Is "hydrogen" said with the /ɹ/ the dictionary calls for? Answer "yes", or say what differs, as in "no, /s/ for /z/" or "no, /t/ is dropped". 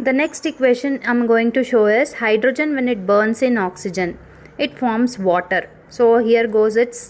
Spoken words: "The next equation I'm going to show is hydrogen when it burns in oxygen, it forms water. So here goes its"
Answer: yes